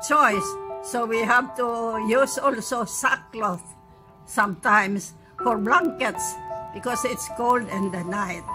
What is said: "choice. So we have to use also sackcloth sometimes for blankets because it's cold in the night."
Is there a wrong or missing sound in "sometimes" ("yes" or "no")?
yes